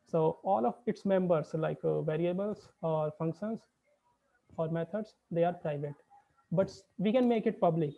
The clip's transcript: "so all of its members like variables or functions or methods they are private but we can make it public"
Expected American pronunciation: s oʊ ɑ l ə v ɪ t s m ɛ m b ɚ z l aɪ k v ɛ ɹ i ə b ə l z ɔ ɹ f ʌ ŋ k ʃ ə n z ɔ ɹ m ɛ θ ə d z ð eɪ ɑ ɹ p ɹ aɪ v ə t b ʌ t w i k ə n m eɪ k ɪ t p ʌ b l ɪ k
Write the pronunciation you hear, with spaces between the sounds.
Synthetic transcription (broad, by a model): s oʊ ɑ l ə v ɪ t s m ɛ m b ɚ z l aɪ k v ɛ ɹ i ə b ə l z ɔ ɹ f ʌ ŋ k ʃ ə n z ɔ ɹ m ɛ t ə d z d eɪ ɑ ɹ p ɹ aɪ v ə t b ʌ t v i k ə n m eɪ k ɪ t p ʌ b l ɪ k